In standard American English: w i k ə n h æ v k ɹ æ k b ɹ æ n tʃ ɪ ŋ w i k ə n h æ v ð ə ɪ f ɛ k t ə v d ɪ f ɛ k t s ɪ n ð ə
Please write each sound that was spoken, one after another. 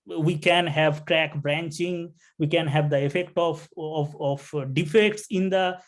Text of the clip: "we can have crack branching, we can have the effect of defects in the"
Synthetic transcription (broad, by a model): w i k ə n h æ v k ɹ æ k b ɹ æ n tʃ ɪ ŋ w i k ə n h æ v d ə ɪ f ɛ k t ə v d ɪ f ɛ k t s ɪ n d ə